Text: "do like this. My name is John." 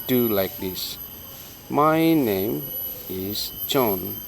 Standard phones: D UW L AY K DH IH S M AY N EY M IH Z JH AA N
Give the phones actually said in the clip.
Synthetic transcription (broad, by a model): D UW L AY K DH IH S M AY N EY M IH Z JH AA N